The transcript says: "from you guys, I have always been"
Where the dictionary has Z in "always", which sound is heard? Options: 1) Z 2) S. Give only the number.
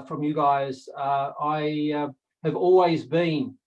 1